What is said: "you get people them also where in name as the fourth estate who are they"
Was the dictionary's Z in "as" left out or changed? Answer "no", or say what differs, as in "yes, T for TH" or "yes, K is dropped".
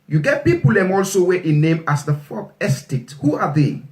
yes, S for Z